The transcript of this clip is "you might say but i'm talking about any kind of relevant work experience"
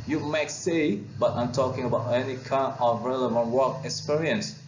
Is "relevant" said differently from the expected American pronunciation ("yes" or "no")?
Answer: no